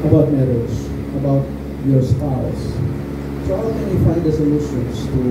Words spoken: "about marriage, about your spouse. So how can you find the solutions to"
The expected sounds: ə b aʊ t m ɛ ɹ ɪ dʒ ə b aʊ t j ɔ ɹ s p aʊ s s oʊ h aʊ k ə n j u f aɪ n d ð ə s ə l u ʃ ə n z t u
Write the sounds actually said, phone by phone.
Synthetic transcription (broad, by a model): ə b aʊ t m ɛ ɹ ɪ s ə b aʊ t j ɔ ɹ s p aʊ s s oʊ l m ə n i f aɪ d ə s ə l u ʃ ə n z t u